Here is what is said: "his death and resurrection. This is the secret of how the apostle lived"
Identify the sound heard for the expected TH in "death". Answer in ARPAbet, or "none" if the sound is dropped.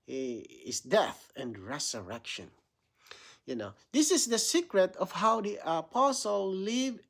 TH